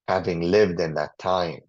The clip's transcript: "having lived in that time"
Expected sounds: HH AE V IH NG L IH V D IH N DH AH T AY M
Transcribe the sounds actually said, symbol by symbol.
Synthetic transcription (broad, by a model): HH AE V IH NG L IH V D IH N DH AH T AY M